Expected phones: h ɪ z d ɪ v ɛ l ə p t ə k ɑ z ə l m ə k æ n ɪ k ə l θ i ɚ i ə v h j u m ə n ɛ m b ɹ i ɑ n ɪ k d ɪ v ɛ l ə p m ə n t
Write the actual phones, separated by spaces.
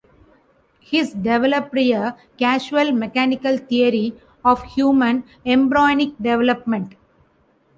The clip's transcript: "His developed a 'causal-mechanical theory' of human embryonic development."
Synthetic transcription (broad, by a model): h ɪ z d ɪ v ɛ l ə p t ə k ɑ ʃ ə l m ə k æ n ɪ k ə l t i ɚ i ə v h j u m ə n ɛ m b ɹ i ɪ n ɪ k d ɪ v ɛ l ə p m ə n t